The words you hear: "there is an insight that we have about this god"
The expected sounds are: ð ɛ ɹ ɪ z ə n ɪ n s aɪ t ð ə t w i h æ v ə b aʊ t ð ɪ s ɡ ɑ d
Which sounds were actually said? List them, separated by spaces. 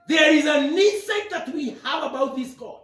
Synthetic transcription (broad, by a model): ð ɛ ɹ ɪ z ə n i s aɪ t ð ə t w i h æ v ə b aʊ t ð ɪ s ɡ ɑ